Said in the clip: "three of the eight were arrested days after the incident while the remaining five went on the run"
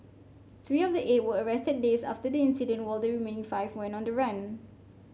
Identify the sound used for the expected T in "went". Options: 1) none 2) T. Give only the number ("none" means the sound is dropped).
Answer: 1